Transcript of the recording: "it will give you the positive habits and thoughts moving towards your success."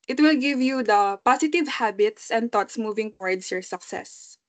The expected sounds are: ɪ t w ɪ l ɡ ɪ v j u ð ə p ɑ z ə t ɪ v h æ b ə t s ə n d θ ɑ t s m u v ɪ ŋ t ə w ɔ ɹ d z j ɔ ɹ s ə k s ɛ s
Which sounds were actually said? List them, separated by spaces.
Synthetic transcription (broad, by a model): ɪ t w ɪ l ɡ ɪ v j u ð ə p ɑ s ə t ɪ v h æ b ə t s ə n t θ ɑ t s m u v ɪ ŋ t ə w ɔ ɹ d s j ɔ ɹ s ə k s ɛ s